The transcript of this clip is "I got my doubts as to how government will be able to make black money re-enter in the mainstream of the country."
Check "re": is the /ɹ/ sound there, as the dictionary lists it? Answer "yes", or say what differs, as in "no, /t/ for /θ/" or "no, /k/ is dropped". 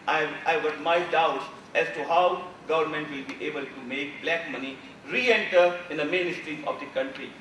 yes